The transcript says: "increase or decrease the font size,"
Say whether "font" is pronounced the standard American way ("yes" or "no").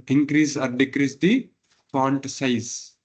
no